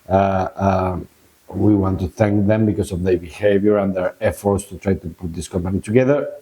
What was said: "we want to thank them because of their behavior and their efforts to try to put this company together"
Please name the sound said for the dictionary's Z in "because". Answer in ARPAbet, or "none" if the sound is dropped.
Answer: S